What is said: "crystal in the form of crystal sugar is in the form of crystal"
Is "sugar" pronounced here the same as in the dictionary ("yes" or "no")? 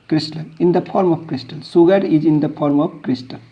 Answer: no